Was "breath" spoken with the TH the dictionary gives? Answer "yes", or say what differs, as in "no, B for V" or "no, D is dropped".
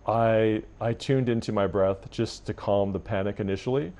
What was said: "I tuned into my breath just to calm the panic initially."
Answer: yes